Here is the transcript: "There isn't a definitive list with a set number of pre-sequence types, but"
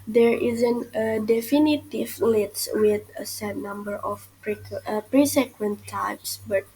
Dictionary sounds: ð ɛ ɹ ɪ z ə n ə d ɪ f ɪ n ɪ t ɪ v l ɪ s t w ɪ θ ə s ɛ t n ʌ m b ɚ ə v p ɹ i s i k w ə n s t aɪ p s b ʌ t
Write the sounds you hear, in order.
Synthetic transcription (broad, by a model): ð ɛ ɹ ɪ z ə n ə d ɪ f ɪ n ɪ t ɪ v l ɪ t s w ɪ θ ə s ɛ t n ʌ m b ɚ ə p p ɹ i s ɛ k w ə n t aɪ p s b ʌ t